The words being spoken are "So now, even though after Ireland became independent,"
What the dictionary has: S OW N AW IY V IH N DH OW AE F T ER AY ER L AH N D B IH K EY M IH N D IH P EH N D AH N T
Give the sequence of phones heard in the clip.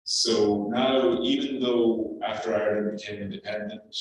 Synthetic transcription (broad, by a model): S OW N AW IY V IH N DH OW AE F T ER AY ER AH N B IH K EY M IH N D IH P EH N D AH N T